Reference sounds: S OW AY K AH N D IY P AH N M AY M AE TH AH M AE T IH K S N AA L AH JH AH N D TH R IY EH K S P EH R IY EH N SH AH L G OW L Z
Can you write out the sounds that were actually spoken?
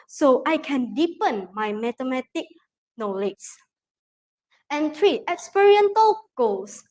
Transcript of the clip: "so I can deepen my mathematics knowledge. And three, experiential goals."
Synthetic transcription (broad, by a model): S OW AY K AH N D IY P AH N M AY M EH T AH M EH T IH K N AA L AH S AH N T R IY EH K S P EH R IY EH N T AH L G OW L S